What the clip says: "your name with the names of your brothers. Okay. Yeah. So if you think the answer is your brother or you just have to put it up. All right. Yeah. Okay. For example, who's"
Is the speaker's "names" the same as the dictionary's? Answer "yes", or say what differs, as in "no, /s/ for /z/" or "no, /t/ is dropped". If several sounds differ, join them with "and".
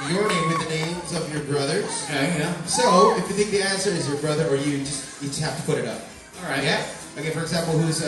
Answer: yes